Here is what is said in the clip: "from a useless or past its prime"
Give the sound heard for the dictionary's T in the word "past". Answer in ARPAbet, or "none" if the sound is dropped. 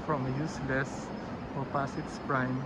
none